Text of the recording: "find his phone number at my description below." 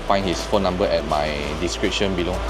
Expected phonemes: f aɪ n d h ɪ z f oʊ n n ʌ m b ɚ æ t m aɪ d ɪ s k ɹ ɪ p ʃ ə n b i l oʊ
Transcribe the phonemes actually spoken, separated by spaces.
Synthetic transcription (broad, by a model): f aɪ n h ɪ s f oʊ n n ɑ m b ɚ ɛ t m aɪ d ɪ s k ɹ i p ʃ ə n b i l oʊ